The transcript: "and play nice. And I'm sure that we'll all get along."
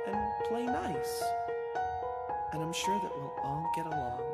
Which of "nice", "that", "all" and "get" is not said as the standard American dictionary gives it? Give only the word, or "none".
all